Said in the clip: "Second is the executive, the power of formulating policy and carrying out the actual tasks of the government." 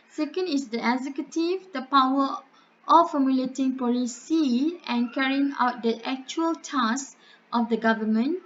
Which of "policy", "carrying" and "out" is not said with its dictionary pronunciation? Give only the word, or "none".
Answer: none